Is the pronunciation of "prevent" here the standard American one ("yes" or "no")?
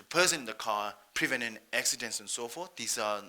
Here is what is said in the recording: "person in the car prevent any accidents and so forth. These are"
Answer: no